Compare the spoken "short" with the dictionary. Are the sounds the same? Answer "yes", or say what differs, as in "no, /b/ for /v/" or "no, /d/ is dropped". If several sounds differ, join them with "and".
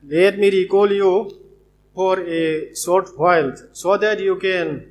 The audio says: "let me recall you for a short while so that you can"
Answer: no, /s/ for /ʃ/